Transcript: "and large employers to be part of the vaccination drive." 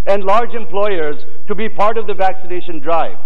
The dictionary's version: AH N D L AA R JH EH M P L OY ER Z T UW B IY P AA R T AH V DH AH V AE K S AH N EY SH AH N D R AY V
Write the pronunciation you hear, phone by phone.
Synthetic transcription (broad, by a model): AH N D L AA R JH EH M P L OY ER Z T UW B IY P AA R T AH V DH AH V AE K S AH N EY SH AH N D R AY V